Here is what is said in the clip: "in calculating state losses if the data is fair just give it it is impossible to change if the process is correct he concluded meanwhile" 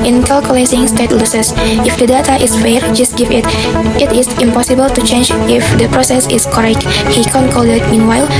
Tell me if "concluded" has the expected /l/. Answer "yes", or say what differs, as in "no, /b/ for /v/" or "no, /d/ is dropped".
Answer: no, /l/ is dropped